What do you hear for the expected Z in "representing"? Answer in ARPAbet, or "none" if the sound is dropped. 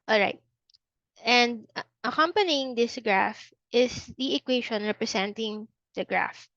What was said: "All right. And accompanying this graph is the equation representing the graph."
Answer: S